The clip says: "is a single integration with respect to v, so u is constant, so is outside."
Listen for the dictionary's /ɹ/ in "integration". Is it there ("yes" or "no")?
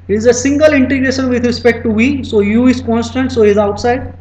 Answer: yes